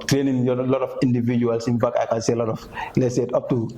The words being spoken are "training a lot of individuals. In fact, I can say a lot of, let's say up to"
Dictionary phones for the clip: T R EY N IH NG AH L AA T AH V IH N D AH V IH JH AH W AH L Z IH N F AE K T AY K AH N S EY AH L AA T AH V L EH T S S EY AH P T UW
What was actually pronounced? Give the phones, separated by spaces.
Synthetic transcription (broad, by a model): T R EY N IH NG AH L AA T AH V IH N D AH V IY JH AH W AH L S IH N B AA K AY K AH N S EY AH L AA T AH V L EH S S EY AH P T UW